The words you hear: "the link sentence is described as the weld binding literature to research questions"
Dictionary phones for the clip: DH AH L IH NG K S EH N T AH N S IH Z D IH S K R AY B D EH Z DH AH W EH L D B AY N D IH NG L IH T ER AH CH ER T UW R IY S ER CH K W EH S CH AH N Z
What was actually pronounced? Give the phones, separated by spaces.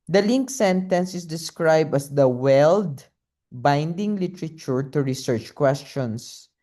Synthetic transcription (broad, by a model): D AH L IH NG K S EH N T AH N S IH S D IH S K R AY B D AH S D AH W EH L D B AY N D IH NG L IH T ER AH CH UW T UW R IY S ER CH K W EH S CH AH N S